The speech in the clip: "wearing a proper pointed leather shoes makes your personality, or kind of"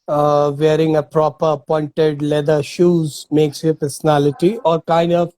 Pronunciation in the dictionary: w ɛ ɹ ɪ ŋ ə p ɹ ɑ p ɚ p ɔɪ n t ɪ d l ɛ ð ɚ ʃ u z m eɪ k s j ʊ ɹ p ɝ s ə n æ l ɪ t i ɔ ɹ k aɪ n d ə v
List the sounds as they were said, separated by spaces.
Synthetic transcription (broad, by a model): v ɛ ɹ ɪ ŋ ə p ɹ ɑ p ɚ p ɔɪ n t ɪ d l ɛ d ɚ ʃ u z m eɪ k s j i p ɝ s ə n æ l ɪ t i ɔ ɹ k aɪ n d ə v